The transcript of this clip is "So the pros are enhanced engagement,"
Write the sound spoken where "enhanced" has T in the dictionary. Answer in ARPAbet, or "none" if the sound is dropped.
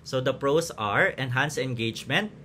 none